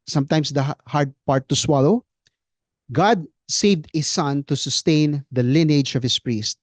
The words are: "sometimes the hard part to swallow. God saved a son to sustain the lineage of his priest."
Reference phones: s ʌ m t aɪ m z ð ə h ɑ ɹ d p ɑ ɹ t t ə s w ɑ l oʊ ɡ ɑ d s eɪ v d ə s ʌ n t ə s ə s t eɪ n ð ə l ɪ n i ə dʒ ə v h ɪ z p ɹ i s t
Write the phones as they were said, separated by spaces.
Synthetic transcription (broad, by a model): s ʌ m t aɪ m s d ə h ɑ ɹ d p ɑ ɹ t t ə s w ɑ l oʊ ɡ ɑ d s eɪ v d ə s ʌ n t ə s ə s t eɪ n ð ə l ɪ n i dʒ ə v h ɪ s p ɹ i s t